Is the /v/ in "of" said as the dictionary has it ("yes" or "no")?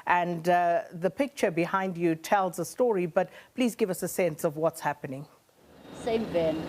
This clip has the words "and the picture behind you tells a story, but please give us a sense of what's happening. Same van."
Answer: yes